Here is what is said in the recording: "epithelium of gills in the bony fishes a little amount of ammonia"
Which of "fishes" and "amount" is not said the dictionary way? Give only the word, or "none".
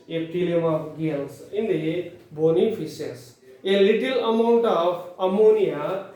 fishes